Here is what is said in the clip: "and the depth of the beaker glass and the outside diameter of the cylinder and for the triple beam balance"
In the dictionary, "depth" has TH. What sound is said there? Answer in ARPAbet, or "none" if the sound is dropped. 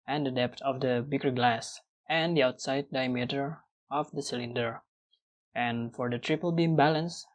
T